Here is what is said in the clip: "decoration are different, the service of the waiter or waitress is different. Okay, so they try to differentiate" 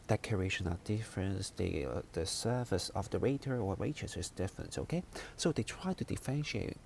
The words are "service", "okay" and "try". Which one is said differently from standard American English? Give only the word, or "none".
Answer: service